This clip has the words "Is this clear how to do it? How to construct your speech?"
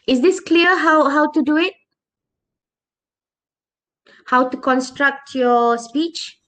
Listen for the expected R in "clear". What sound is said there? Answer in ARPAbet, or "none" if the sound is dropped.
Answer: W